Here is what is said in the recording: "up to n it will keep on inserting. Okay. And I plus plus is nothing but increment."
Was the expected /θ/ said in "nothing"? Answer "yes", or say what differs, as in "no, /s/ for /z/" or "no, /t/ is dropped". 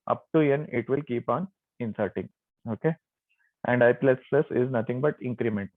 no, /t/ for /θ/